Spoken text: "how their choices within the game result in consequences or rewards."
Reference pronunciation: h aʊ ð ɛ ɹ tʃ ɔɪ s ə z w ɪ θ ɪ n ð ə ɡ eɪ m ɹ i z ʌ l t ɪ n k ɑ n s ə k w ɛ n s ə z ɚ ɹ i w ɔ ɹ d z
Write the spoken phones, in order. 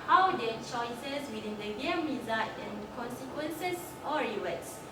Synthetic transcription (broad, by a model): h aʊ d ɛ tʃ ɔɪ s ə s w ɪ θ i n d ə ɡ eɪ m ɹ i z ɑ t ɪ n k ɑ n s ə k w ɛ n s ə s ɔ ɹ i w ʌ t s